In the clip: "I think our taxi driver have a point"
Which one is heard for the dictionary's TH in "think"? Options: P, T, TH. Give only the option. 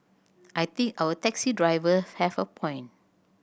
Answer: T